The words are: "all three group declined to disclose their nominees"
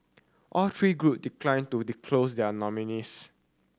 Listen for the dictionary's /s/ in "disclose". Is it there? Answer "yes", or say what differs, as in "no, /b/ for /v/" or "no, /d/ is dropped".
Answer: no, /s/ is dropped